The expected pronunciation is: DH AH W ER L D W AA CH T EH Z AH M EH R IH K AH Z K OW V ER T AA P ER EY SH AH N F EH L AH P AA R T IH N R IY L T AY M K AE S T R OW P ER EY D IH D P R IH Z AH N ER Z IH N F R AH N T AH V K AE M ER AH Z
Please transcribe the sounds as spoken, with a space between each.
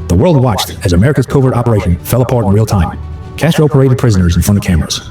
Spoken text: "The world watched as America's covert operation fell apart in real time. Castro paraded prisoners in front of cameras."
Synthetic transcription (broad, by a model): DH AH W ER L D W AA CH T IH Z AH M EH R IH K AH Z K OW V ER T AA P ER EY SH AH N F EH L AH P AA R T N R IY L T AY M K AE S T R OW P ER EY D IH D P R IH Z AH N ER Z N F R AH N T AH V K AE M ER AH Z